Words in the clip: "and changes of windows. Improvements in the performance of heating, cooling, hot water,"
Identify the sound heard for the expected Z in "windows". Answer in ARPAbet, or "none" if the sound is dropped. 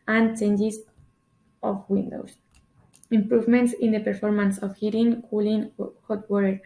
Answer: S